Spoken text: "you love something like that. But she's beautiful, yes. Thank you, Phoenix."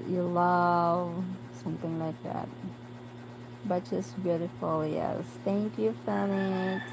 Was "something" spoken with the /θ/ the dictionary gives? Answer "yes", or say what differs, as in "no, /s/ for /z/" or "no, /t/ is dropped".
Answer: yes